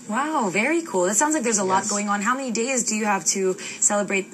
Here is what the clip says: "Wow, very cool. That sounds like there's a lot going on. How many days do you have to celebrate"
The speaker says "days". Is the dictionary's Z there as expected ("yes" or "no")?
yes